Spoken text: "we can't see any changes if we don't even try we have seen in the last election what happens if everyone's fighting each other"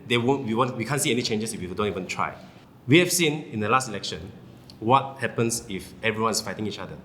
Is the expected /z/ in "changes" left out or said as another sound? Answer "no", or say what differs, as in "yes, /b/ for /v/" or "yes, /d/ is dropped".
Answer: yes, /s/ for /z/